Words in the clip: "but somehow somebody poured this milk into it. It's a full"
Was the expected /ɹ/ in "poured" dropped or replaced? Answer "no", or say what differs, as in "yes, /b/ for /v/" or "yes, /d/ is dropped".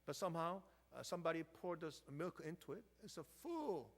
no